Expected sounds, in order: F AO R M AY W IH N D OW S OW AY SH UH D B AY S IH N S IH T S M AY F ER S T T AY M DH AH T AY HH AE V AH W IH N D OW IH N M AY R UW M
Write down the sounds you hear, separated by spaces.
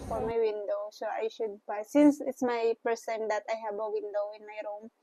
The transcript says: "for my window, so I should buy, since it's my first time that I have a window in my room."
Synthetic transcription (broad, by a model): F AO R M AY W IH N D OW S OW AY SH UH D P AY S IH N S IH T S M AY P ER S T T AY M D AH T AY HH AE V AH W IH N D OW IH N M AY R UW M